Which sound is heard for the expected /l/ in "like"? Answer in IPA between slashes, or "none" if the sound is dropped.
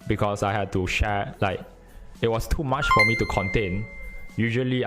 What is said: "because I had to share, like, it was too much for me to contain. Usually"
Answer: /l/